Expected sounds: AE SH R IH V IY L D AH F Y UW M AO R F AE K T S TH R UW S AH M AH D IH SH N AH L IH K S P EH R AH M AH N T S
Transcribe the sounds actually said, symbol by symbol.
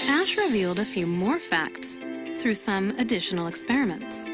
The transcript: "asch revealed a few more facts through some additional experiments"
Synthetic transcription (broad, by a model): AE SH R IH V IY L D AH F Y UW M AO R F AE K T S TH R UW S AH M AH D IH SH N L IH K S P EH R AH M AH N T S